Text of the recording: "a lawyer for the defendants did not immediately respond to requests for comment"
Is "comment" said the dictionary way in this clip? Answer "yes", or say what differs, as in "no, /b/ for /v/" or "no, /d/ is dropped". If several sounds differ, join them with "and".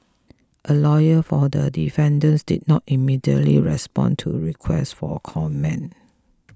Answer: no, /t/ is dropped